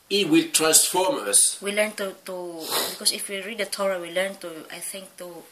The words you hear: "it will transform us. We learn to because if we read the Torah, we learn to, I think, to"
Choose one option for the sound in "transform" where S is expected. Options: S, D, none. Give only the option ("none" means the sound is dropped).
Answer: S